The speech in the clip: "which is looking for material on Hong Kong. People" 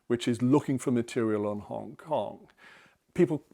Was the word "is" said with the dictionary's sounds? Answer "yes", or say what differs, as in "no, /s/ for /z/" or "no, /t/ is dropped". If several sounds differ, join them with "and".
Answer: yes